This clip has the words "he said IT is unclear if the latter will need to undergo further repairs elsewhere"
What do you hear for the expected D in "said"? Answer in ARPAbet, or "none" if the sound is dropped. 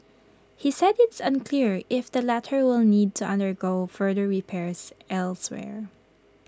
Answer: D